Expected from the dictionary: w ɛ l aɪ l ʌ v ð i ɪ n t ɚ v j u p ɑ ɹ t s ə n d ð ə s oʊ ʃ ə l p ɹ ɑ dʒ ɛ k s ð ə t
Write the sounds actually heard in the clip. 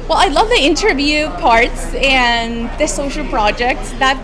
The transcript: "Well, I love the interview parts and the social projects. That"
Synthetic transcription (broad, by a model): w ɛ l aɪ l ʌ v ð i ɪ n t ɚ v j u p ɑ ɹ t s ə n ð ə s oʊ ʃ l p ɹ ɑ dʒ ɛ k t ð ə t